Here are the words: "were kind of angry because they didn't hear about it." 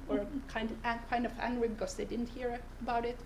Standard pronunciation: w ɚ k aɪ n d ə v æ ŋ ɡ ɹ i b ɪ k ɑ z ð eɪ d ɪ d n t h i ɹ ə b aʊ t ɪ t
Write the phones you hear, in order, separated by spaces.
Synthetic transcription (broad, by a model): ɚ k aɪ n d ə v æ ŋ ɡ ɹ i b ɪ k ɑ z ð eɪ d ɪ d n t h i ɹ ə b aʊ t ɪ t